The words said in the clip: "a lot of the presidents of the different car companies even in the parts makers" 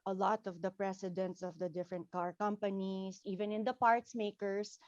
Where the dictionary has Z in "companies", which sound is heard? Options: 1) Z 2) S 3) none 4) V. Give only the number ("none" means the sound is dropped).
2